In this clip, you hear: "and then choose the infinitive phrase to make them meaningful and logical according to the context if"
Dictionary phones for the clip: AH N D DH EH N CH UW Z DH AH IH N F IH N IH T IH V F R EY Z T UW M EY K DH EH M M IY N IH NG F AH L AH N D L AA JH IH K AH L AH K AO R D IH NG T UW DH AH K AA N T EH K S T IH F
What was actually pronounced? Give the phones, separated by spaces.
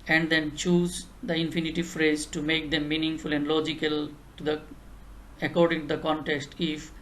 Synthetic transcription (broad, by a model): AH N D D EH N CH UW Z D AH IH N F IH N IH T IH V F R EY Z T UW M EY K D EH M M IY N IH NG F AH L AH N D L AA JH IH K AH L AH K AO R D IH NG T UW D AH K AA N T EH K S T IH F